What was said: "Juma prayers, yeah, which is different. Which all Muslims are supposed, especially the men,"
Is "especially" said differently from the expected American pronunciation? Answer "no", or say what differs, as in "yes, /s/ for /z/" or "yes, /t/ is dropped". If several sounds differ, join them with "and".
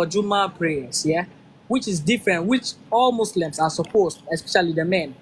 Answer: no